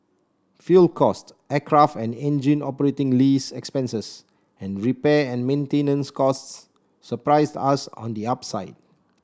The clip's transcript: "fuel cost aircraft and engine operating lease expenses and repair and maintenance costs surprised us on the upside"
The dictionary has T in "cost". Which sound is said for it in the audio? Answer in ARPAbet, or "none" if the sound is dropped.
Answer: T